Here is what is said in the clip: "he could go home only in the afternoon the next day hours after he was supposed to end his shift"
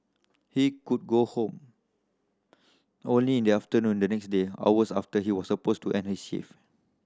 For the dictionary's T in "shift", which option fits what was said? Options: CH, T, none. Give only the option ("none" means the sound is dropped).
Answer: none